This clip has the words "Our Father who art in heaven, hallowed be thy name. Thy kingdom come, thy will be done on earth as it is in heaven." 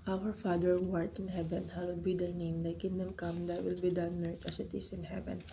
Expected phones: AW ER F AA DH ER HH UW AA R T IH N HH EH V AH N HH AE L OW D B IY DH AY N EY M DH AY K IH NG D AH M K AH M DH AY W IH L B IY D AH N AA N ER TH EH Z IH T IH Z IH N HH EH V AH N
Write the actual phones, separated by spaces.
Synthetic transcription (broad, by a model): AW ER F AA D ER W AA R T IH N HH EH V AH N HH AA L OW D B IY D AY N EY M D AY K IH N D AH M K AH M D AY W IH L B IY D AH AA N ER T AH S IH T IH S IH N HH EH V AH N